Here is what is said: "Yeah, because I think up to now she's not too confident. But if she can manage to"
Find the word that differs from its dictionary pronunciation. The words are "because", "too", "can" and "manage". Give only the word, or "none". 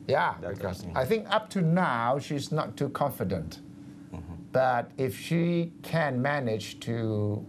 because